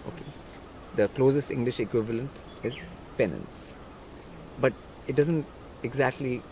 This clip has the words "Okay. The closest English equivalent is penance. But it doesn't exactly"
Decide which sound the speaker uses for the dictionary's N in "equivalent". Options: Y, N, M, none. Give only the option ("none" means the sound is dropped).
N